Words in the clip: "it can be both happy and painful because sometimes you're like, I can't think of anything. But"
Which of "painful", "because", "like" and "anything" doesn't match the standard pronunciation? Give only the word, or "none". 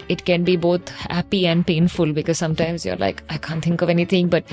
anything